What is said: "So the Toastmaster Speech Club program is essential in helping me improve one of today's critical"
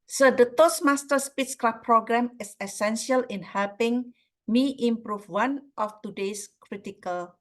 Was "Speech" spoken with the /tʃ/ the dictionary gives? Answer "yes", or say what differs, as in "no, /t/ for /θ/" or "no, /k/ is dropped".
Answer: no, /s/ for /tʃ/